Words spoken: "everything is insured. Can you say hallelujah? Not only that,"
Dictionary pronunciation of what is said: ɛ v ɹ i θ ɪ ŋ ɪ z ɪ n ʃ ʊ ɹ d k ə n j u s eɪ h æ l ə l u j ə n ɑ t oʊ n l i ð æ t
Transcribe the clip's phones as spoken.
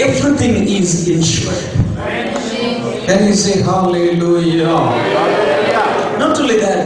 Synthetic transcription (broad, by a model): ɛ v ɹ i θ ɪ ŋ ɪ z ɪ n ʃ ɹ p k ə n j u s eɪ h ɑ l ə l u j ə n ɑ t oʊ l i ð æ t